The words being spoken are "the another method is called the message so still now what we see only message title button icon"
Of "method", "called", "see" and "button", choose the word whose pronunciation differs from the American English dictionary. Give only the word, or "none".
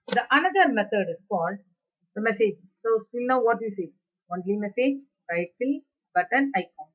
method